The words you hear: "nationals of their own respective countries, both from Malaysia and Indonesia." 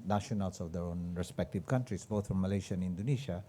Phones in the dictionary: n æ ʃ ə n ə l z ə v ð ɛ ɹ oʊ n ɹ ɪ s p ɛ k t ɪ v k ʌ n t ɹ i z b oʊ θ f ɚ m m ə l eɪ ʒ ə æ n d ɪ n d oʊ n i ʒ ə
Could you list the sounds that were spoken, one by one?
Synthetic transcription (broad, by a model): n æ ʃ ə n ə l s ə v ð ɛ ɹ oʊ n ɹ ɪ s p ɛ k t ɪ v k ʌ n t ɹ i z b oʊ t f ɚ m m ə l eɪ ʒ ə n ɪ n d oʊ n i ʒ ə